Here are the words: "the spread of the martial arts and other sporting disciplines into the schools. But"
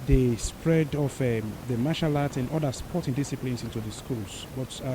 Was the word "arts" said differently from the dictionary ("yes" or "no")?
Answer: yes